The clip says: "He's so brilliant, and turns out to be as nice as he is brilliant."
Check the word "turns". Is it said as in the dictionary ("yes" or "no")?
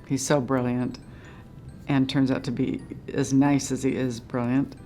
yes